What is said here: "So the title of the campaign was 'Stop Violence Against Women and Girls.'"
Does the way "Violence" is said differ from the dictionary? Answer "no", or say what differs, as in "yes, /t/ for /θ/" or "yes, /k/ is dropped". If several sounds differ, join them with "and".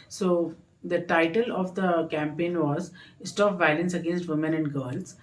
no